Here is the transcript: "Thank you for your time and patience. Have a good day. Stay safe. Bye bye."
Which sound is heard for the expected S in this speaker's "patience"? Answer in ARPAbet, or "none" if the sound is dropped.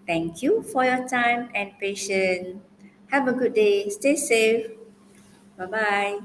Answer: none